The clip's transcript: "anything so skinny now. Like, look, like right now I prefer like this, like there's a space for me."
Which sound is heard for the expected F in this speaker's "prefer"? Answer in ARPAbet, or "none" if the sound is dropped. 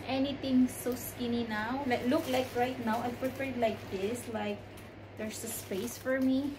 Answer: P